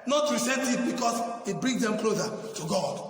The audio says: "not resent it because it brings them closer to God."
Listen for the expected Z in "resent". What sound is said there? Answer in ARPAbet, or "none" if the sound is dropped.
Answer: S